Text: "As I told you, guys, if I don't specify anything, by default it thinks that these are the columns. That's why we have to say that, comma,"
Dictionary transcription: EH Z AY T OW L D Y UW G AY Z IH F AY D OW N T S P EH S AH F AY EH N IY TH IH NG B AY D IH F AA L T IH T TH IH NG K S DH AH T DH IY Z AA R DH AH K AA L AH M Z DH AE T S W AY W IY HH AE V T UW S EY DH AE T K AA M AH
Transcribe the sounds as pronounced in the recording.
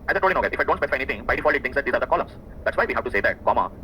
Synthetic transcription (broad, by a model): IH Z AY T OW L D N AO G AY IH F AY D OW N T S P EH S AH F AY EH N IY T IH NG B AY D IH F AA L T IH T T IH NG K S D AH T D IY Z AA R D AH K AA L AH M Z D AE T S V AY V IY HH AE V T UW S EY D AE T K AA M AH